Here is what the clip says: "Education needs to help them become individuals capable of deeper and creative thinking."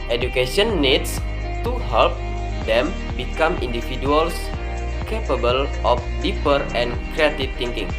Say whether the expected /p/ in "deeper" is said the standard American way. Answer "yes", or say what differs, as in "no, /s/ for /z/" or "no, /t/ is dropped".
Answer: yes